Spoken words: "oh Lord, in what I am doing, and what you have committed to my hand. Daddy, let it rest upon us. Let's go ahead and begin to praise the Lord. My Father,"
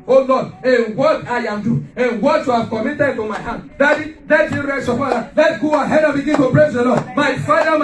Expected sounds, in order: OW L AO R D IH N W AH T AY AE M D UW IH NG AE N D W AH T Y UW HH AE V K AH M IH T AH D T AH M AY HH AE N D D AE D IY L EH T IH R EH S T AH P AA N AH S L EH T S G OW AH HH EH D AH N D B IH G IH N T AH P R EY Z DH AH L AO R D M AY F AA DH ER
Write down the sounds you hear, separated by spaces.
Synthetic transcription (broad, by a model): OW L AO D IH N W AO T AY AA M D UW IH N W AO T Y UW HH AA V K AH M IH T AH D T AH M AY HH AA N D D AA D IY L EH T IH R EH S AH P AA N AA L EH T G OW AH HH EH D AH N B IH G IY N T AH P R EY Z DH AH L AO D M AY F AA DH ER